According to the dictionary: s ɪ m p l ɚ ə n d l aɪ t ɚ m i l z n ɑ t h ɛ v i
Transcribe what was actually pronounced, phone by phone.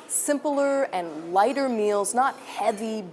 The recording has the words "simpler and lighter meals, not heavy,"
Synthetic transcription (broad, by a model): s ɪ m p l ɚ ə n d l aɪ t ɚ m i l z n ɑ t h ɛ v i